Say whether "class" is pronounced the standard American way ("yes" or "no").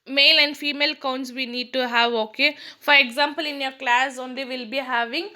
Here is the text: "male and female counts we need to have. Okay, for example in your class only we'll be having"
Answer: yes